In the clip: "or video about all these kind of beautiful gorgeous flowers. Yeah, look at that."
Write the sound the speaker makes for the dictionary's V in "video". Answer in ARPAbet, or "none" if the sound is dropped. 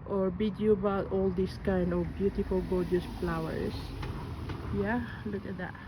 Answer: B